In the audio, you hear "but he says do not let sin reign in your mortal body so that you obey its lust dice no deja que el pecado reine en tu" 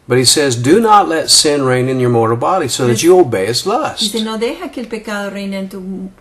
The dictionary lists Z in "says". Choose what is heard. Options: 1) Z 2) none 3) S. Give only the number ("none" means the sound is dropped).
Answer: 1